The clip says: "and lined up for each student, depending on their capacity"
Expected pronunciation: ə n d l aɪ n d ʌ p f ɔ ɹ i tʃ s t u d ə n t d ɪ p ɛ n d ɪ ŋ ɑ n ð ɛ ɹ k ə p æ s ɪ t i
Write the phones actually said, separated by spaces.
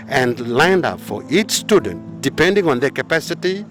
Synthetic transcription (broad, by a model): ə n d l aɪ n d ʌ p f ɔ ɹ i tʃ s t u d ə n t d ɪ p ɛ n d ɪ ŋ ɑ n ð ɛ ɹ k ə p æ s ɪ t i